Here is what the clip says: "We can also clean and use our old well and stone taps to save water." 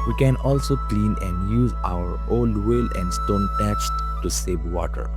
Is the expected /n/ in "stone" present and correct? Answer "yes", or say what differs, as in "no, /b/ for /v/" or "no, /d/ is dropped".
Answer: yes